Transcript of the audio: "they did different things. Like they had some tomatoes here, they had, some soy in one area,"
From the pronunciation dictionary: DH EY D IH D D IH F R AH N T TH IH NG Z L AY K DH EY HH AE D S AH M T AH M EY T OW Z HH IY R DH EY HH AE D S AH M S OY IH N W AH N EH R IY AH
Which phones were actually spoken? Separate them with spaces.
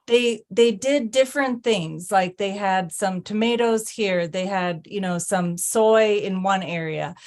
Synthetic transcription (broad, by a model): DH EY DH IH D D IH F R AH N TH IH NG Z L AY K DH EY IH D S AH M T AH M EY T OW Z HH IY R DH EY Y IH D S AH M S OY IH N W AH N EH R IY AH